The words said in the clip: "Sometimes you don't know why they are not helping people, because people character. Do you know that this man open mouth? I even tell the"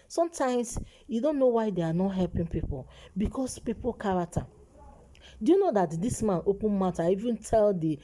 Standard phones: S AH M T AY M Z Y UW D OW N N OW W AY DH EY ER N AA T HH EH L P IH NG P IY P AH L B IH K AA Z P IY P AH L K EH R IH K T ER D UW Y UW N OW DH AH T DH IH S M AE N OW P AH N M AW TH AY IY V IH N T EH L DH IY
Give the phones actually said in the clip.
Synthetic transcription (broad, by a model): S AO M T AY M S Y UW D OW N N OW W AY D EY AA N AA T HH EH L P IH NG P IY P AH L B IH K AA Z P IY P AH L K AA R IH K T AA D UW Y UW N OW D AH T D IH S M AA N OW P AH N M AW T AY IY V IH N T EH L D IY